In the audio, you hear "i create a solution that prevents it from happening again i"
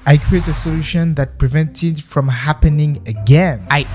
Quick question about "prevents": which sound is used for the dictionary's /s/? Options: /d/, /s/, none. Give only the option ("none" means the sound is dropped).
none